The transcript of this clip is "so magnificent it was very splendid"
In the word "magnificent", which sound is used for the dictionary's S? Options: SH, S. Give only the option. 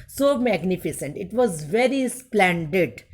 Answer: S